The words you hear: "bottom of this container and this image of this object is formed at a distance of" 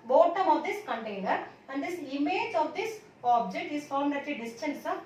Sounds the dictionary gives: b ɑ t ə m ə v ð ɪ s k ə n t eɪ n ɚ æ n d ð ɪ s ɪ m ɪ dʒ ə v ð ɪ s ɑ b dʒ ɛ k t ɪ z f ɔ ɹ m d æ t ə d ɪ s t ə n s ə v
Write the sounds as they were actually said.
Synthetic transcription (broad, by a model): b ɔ t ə m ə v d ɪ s k ə n t eɪ n ɚ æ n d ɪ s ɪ m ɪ dʒ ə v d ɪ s ɑ b dʒ ɛ k t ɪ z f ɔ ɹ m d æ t ə d ɪ s t ə n s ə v